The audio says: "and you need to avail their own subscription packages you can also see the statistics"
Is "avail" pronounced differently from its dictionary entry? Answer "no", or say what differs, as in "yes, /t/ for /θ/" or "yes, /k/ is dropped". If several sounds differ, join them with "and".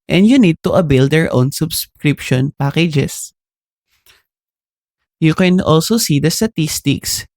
yes, /b/ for /v/